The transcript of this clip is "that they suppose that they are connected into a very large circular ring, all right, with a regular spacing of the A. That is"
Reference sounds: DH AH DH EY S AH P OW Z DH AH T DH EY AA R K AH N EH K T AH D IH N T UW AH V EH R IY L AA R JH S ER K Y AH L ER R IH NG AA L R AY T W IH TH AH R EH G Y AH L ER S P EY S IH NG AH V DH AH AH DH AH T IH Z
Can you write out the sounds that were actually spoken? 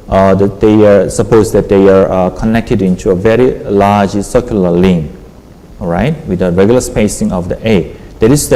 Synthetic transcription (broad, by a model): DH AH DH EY S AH P OW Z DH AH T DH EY AA R K AH N EH K T AH D IH N T UW AH V EH R IY L AA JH S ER K Y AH L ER L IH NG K R AY T W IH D AH R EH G Y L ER S P EY S IH NG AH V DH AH AH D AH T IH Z